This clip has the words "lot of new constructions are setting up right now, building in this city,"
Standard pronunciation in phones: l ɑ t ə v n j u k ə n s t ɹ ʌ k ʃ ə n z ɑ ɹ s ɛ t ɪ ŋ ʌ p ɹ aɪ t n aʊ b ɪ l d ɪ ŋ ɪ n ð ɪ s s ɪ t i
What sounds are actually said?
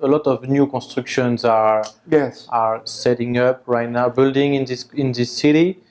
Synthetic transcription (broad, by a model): l ɑ t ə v n j u k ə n s t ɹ k ʃ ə n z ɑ ɹ s ɛ t ɪ ŋ ʌ p ɹ aɪ t n aʊ b ɪ l d ɪ ŋ ɪ n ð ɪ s s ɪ t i